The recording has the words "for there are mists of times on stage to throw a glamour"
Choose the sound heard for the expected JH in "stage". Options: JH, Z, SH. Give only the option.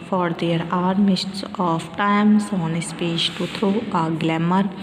SH